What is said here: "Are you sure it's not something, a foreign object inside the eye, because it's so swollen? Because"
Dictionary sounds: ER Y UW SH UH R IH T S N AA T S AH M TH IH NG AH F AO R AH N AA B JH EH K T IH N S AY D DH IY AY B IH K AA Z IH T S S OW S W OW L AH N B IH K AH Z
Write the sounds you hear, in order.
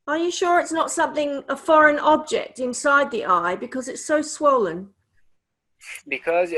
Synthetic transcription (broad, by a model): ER Y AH SH UH R IH T S N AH T S AH M TH IH NG AH F AO R AH N AA B JH EH K T IH N S AY D DH IY AY B IH K AA Z IH T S S OW S W OW L AH N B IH K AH Z